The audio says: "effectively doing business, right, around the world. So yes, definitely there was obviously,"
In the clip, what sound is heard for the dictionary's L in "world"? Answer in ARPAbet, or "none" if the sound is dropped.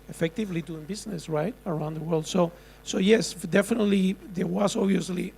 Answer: L